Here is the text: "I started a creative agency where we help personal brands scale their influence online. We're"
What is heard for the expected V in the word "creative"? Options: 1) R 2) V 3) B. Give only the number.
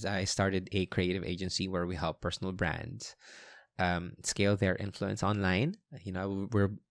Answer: 2